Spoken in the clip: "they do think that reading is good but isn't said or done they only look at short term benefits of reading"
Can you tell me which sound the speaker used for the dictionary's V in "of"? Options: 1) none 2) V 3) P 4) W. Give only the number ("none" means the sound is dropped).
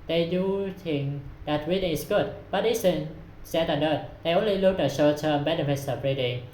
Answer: 3